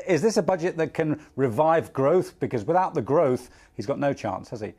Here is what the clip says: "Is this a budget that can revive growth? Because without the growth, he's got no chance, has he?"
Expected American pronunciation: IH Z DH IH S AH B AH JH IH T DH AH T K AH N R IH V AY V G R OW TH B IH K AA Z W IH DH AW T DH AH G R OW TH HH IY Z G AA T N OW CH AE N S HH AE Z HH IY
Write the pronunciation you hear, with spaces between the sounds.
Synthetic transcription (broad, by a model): IH Z DH IH S AH B AH JH IH T DH AH T K AH N R IH V AY V G R OW TH B IH K AA Z W IH DH AW T DH AH G R OW TH HH IY Z G AA T N OW CH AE N S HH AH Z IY